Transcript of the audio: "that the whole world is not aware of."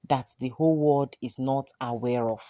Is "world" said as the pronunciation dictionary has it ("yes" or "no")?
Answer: no